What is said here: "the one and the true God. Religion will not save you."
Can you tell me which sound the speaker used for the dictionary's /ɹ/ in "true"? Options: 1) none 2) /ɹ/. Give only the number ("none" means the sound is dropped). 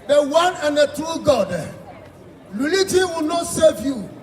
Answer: 1